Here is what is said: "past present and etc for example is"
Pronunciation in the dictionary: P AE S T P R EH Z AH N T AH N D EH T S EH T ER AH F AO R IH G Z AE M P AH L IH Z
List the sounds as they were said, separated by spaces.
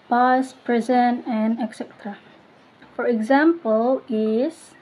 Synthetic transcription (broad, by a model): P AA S P R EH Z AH N AH N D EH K S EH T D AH F AO R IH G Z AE M P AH L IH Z